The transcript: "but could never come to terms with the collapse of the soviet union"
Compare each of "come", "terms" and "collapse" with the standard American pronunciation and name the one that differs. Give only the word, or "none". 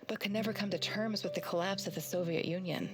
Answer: none